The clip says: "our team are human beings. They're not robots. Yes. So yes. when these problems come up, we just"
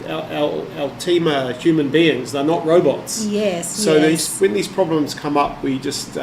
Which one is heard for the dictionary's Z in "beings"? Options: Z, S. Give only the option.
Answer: Z